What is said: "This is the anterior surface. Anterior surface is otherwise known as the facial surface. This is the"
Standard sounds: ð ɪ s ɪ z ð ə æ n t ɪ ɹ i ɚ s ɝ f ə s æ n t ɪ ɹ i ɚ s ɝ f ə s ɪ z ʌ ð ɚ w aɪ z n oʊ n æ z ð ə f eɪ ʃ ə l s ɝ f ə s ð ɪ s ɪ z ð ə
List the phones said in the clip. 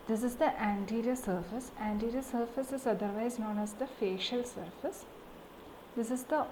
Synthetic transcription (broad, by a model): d ɪ s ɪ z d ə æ n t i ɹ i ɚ s ɝ f ə s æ n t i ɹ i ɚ s ɝ f ə s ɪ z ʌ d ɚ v aɪ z n oʊ n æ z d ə f eɪ ʃ ə l s ɝ f ə s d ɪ s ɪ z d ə